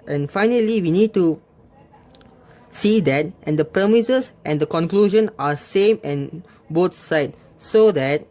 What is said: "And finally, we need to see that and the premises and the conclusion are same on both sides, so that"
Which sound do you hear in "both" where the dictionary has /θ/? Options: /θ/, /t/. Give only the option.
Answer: /t/